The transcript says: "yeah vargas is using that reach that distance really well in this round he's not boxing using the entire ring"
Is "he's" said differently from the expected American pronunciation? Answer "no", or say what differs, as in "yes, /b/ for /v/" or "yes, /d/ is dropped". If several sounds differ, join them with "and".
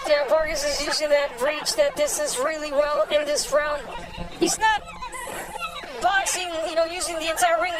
no